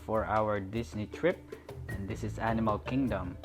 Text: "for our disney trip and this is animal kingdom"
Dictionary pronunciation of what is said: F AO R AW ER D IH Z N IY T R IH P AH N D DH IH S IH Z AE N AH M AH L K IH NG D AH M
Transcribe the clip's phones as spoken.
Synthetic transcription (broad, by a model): F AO R AW ER D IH S N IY T R IH P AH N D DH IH S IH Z AE N AH M AH L K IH NG D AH M